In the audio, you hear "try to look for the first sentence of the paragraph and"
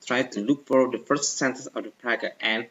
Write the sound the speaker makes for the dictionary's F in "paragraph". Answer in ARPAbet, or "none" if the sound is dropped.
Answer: none